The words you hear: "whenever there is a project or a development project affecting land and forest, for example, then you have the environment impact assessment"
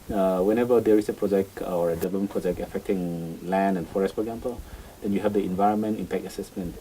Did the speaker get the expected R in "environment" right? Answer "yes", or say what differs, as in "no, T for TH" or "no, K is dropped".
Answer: yes